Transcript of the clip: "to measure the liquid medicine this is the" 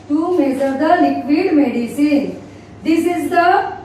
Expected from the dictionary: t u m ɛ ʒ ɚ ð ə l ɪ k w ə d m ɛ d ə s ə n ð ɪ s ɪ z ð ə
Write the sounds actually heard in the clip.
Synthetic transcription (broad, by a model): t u m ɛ z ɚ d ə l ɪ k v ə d m ɛ d ə s ə n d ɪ s ɪ z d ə